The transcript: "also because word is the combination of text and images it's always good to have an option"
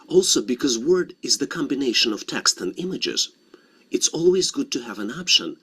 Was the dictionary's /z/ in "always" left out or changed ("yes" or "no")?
no